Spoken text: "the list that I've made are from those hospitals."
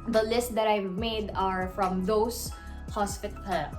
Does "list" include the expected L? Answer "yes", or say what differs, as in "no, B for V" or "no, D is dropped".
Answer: yes